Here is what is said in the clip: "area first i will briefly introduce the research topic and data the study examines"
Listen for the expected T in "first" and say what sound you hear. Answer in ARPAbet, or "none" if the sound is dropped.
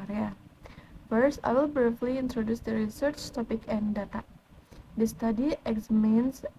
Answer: none